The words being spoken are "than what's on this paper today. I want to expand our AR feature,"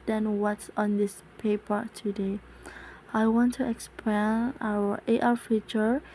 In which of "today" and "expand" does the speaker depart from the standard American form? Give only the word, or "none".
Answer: expand